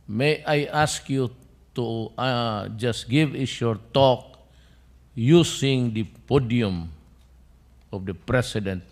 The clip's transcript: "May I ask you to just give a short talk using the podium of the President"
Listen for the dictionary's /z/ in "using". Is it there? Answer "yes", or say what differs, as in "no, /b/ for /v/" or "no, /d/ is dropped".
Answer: no, /s/ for /z/